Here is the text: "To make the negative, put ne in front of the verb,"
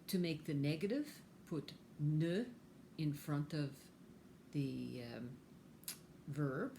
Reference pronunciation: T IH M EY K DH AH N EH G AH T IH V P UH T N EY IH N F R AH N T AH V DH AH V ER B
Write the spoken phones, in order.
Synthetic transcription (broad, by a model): T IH M EY K DH AH N EH G AH T IH V P UH T N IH IH N F R AH N T AH V DH AH V ER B